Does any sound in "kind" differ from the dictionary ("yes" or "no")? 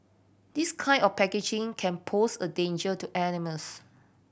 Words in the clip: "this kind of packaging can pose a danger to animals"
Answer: yes